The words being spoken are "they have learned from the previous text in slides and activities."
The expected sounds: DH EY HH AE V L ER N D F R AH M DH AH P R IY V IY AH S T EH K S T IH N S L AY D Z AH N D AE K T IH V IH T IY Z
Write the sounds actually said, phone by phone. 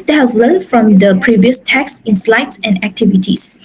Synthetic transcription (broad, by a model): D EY HH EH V L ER N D F R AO M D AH P R IY V IY AH S T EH K S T IH N S L AY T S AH N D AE K T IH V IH T IY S